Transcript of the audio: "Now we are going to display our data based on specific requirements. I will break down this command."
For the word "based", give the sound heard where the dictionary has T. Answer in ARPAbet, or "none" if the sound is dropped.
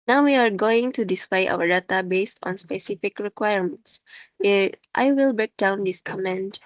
T